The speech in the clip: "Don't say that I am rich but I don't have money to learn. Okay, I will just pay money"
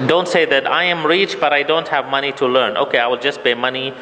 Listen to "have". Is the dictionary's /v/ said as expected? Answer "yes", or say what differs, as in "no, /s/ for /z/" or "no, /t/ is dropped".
yes